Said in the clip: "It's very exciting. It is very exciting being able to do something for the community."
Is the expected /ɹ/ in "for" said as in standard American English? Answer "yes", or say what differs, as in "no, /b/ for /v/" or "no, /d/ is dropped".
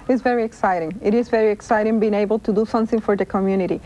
yes